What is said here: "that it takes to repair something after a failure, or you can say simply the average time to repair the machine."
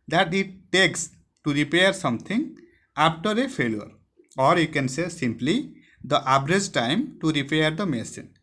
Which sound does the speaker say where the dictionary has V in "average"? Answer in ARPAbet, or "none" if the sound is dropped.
B